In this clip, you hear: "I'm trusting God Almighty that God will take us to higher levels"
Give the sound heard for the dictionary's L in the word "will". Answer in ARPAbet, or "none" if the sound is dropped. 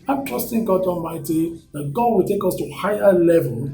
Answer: L